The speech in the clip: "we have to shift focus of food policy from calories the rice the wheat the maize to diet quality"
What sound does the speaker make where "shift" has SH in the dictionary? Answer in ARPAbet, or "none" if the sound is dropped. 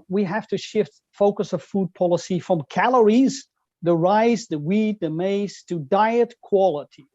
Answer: SH